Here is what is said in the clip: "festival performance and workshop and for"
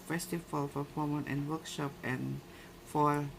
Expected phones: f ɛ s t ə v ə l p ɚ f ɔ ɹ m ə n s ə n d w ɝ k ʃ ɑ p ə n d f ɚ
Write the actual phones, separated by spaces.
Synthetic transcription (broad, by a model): f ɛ s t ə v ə l f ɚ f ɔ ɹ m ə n ə n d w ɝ k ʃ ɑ p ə n f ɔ